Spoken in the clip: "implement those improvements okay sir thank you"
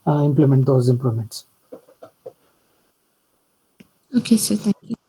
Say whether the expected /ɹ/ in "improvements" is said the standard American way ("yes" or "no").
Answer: no